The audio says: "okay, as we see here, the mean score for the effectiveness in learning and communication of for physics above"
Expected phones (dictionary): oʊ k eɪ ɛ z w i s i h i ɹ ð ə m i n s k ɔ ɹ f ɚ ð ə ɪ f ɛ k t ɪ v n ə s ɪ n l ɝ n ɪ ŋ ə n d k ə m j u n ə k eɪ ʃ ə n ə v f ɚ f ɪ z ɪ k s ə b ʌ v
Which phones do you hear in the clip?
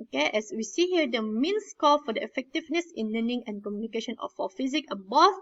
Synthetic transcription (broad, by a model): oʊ k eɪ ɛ s w i s i h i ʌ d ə m i n s k ɔ l f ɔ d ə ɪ f ɛ k t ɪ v n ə s ɪ n l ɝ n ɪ ŋ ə n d k ə m j u n ə k eɪ ʃ ə n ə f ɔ f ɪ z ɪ k ə b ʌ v